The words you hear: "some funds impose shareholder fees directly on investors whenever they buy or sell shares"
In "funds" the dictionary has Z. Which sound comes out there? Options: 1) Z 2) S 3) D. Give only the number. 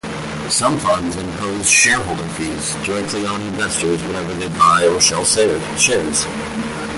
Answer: 1